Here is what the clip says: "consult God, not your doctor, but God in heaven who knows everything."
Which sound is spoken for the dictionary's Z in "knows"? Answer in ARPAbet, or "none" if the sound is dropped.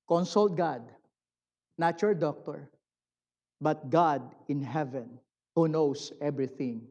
S